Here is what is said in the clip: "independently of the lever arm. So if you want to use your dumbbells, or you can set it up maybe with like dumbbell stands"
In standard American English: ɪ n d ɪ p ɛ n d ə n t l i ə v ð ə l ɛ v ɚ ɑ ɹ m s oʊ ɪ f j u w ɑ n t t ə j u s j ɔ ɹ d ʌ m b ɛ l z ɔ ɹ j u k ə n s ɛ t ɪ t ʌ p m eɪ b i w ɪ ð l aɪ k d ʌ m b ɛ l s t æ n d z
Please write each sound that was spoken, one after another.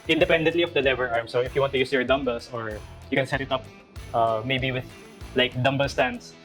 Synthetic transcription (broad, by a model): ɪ n d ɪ p ɛ n d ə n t l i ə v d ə l ɛ v ɚ ɑ ɹ m s oʊ ɪ f j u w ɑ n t t ə j u s j ɔ ɹ d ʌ m b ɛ l s ɔ ɹ j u k ə n s ɛ t ɪ t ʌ p m eɪ b i w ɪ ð l aɪ k d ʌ m b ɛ l s t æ n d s